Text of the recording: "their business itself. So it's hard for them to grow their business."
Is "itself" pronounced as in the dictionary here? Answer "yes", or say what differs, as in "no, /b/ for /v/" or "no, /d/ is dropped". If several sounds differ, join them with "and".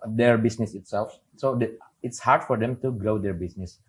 yes